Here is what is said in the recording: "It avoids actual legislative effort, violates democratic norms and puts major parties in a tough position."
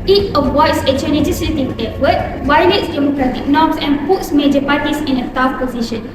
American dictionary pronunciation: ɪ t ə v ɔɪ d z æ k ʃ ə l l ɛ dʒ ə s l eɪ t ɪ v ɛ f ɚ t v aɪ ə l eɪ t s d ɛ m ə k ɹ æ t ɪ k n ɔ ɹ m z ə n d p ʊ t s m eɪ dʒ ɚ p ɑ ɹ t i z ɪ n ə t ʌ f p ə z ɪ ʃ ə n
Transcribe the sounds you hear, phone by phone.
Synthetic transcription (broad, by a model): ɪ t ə w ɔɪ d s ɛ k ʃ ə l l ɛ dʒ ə s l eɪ t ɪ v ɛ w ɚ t w aɪ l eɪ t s d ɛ m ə k ɹ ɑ t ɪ k n ɔ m s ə n p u t s m eɪ dʒ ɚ p ɑ t i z ɪ n ə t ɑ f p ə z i ʃ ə n